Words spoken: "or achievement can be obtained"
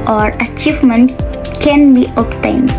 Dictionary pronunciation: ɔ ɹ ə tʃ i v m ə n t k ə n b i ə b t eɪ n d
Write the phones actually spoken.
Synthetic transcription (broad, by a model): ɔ ɹ ə tʃ i v m ə n t k ə n b i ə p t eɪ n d